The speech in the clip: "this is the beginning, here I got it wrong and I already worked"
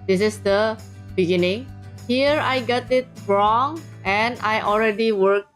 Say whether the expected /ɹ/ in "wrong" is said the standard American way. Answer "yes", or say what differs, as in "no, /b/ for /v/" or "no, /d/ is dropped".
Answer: yes